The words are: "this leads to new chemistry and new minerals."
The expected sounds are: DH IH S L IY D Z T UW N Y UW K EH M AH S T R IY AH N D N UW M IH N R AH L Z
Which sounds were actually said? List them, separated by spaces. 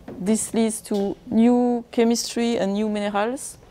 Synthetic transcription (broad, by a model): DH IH S L IY D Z T UW N Y UW K EH M AH S T R IY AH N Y UW M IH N R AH L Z